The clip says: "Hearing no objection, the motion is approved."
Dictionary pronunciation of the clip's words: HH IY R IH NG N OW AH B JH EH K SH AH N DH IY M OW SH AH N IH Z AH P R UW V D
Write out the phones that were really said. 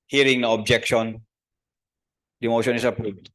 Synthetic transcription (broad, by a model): HH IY R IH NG N OW AH B JH EH K SH AH N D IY M OW SH AH N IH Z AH P R UW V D